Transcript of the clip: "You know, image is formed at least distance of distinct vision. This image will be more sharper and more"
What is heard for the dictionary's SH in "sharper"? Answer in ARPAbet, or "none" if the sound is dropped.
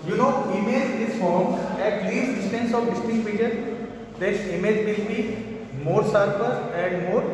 S